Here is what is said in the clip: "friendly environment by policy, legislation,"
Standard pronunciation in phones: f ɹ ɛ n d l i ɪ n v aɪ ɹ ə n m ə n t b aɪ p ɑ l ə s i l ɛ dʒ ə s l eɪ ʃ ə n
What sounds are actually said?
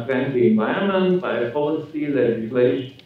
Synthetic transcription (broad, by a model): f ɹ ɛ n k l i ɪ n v aɪ ə m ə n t b aɪ p ɑ l ə s i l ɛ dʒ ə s l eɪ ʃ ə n